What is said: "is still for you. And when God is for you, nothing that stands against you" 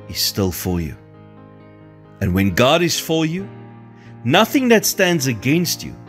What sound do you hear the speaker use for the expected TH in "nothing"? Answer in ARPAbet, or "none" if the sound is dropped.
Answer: TH